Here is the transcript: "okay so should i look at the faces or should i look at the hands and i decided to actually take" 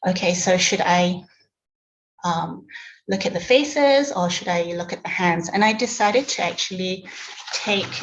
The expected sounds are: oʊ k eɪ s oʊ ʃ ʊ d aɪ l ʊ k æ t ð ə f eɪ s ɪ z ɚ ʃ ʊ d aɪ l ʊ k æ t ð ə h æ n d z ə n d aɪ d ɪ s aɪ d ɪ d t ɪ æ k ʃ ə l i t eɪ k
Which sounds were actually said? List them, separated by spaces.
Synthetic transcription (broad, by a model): oʊ k eɪ s oʊ ʃ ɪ d aɪ l ʊ k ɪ t ð ə f eɪ s ɪ z ɚ ʃ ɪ d aɪ l ʊ k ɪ t ð ə h æ n d z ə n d aɪ d ɪ s aɪ d ɪ d t ɪ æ k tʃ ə l i t eɪ k